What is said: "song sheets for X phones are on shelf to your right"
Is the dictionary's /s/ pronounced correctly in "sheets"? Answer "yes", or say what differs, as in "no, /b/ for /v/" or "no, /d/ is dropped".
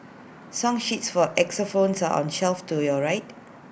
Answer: yes